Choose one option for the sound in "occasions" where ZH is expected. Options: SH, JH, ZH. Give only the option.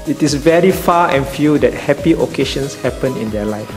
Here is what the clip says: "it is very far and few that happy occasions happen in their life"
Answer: SH